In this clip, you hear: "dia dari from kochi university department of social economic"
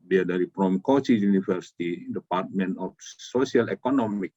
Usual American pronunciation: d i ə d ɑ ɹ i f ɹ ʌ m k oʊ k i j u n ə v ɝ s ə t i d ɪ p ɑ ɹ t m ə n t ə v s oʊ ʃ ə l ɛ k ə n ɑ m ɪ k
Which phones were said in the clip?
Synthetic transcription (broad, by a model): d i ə d ɑ ɹ i p ɹ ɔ m k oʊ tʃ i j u n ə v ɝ s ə t i d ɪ p ɑ ɹ t m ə n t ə f s oʊ s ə l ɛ k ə n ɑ m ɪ k